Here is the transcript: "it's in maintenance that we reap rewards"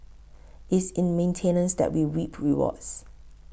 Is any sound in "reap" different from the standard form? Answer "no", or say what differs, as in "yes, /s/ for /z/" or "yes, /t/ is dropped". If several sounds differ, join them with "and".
yes, /w/ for /ɹ/